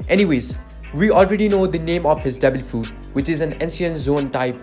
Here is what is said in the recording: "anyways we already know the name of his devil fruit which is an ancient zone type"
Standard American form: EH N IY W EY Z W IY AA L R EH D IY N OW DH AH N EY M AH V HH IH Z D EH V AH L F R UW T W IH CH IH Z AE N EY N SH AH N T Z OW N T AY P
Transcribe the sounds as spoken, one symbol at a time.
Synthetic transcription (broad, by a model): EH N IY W EY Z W IY AA L R EH D IY N OW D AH N EY M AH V HH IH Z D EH B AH L F UW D W IH CH IH Z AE N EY N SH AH N Z OW N T AY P